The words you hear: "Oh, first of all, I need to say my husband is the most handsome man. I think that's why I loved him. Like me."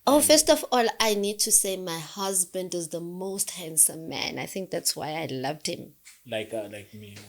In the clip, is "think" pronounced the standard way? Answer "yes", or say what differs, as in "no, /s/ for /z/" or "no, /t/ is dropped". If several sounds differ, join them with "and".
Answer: yes